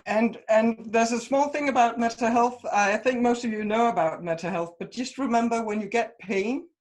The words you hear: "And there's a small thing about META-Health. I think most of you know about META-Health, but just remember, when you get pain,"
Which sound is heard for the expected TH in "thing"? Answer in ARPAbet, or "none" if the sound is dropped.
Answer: TH